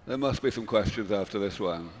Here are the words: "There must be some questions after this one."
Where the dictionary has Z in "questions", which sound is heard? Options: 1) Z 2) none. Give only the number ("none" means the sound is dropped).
1